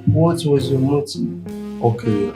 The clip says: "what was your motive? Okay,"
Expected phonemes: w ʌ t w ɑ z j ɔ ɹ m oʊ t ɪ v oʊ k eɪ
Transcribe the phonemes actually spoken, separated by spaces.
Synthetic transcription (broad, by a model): w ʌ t w ɑ z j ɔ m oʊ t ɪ oʊ k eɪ